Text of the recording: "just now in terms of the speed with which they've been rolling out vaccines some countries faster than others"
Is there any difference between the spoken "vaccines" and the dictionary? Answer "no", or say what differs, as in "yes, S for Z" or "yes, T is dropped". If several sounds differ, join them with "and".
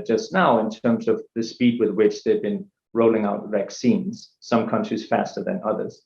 no